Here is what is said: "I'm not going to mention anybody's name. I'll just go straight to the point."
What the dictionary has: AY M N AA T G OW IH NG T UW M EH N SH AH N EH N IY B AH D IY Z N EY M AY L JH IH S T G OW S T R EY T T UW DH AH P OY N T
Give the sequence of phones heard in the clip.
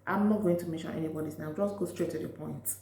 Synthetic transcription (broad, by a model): AY M N AA T G OW IH NG T UW M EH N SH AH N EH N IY B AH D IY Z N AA UH JH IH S G OW S T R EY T T UW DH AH P OY N T